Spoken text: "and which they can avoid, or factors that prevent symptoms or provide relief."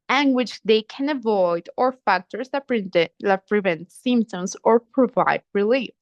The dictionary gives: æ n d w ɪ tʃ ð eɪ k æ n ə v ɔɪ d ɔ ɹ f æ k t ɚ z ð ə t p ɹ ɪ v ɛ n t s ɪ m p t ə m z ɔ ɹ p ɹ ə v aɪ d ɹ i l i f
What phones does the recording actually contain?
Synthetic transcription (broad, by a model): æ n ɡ w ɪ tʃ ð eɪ k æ n ə v ɔɪ d ɔ ɹ f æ k t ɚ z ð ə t p ɹ ɪ v ɛ n t s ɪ m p t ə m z ɔ ɹ p ɹ ə v aɪ d ɹ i l i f